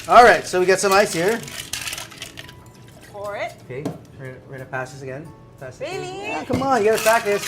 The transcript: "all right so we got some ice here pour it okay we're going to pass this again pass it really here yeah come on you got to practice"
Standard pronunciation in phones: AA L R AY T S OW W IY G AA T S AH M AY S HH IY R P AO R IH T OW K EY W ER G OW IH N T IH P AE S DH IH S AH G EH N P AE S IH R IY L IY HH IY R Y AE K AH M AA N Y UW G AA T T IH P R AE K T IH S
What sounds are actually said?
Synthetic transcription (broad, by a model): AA L R AY T S OW W IY G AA T S AH M AY S HH IY R F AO R IH T OW K EY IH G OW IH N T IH P AE S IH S AH G EH N P AE S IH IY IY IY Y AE K AH M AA N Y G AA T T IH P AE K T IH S